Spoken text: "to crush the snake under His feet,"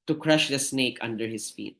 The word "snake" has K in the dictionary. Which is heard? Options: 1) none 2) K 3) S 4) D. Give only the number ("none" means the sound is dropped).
2